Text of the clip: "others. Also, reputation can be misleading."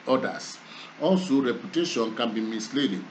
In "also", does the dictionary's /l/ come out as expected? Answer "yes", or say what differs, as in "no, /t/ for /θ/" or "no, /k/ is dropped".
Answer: no, /n/ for /l/